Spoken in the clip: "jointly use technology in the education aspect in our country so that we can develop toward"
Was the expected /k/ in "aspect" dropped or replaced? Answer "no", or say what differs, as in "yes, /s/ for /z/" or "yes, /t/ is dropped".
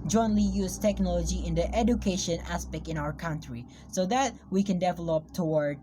no